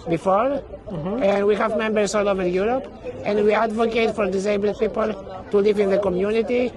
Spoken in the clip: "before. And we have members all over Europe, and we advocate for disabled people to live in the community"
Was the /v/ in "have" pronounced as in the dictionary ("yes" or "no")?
yes